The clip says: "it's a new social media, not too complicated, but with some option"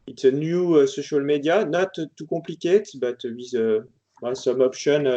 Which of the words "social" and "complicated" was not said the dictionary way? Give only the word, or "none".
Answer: complicated